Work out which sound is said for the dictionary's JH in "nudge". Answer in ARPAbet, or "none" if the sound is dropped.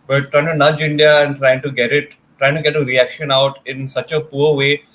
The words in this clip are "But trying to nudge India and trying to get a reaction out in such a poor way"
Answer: JH